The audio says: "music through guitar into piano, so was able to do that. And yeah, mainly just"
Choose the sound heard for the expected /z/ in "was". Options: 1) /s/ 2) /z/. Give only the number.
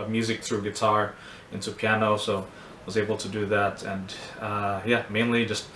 2